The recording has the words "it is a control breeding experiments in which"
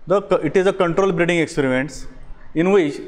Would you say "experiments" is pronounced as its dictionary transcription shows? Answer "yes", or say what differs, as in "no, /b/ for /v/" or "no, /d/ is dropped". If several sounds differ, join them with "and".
yes